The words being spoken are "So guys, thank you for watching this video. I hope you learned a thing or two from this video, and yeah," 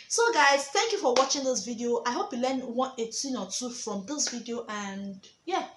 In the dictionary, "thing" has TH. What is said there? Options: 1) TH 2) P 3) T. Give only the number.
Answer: 3